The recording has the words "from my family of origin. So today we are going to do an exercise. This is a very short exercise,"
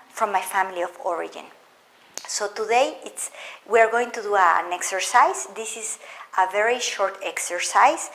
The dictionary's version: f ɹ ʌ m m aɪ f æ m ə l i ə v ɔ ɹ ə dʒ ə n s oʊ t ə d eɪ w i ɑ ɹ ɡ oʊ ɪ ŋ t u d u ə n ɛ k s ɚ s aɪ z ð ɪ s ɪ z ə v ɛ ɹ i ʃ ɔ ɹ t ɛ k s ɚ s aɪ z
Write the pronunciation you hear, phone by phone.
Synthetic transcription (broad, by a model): f ɹ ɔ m m aɪ f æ m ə l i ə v ɔ ɹ ə dʒ ə n s oʊ t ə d eɪ w i ɑ ɹ ɡ oʊ ɪ ŋ t u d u ə n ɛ k s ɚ s aɪ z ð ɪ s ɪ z ə v ɛ ɹ i ʃ ɔ ɹ t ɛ k s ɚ s aɪ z